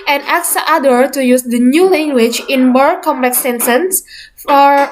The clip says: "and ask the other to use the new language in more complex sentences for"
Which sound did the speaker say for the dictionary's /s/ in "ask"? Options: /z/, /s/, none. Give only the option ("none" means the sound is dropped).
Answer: none